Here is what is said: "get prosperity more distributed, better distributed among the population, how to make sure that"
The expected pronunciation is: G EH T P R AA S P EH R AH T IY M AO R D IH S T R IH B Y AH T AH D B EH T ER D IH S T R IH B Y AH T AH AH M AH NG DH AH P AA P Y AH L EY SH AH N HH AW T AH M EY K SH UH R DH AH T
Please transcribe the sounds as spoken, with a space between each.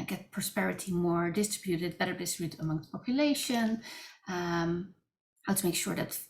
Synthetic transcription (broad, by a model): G EH T P R AA S P EH R AH T IY M AO R D IH S T R IH B Y AH T AH D B EH T ER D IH S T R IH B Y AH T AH AH M AH NG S P AA P Y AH L EY SH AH N HH AW T AH M EY K SH UH R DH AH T